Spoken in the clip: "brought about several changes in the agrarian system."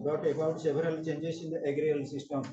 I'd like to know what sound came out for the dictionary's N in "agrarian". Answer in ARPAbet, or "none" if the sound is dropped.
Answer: L